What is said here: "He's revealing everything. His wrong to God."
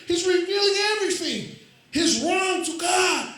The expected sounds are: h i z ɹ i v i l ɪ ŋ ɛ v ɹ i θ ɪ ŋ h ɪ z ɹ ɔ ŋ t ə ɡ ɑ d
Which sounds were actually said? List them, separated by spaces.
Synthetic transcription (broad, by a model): h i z ɹ i v i l ɪ ŋ ɛ v ɹ i θ ɪ ŋ h ɪ z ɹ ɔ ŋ t ə ɡ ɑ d